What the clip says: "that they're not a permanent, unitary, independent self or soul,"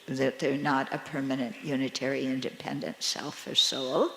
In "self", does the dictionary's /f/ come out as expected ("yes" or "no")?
yes